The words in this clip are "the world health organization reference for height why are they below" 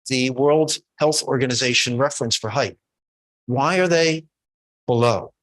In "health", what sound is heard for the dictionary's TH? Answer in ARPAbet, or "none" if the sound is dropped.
TH